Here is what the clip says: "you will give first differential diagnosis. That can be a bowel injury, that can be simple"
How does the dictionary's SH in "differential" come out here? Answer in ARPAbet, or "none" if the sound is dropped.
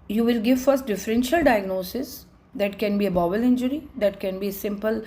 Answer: SH